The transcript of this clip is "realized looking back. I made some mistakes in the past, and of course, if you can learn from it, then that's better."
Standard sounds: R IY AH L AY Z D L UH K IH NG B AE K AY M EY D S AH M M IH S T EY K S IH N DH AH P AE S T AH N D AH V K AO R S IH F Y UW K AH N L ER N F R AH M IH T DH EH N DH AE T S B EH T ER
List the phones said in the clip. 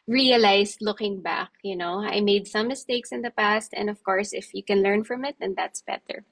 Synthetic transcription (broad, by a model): R IY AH L AY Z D L UH K IH NG B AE K AY M EY D S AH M M IH S T EY K S IH N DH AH P AE S T AH N D AH V K AO R S IH F Y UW K AH N L ER N F R AH M IH T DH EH N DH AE T S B EH T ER